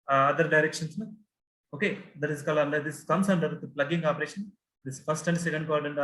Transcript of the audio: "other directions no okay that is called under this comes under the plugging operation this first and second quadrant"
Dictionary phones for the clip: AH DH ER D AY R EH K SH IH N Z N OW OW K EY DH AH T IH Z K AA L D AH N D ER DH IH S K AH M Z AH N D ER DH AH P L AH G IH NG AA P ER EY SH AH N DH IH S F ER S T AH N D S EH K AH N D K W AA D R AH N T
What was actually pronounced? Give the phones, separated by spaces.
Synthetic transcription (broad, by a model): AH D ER D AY R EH K SH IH N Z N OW OW K EY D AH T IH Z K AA L AH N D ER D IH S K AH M S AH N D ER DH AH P L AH G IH NG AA P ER EY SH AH N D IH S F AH S T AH N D S EH K AH N D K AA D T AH N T